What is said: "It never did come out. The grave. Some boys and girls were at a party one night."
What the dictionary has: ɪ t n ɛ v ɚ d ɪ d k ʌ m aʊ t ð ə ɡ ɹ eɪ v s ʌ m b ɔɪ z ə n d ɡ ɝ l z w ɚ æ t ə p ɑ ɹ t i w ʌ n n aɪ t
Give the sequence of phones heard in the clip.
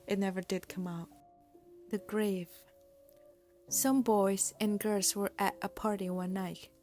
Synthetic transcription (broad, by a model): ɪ t n ɛ v ɚ d ɪ d k ʌ m aʊ t ð ə ɡ ɹ eɪ v s ʌ m b ɔɪ z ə n ɡ ɝ z w ɚ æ t ə p ɑ ɹ t i w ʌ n n aɪ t